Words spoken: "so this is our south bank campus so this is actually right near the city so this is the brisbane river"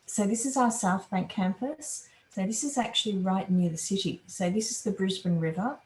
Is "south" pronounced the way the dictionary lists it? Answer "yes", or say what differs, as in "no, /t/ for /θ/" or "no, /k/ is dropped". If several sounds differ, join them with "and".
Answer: yes